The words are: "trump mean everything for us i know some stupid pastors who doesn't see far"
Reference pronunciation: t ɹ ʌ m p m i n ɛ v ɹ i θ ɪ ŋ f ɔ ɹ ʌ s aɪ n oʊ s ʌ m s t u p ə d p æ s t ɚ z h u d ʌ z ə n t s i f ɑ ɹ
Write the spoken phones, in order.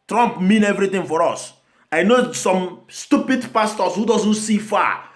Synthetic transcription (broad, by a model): t ɹ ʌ m p m i n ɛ v ɹ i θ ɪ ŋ f ɔ ɹ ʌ s aɪ n oʊ s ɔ m s t u p ə d p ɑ s t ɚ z h u d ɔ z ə n t s i f ɑ